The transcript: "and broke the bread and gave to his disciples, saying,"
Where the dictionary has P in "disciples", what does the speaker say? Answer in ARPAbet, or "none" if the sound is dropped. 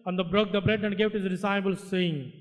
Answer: B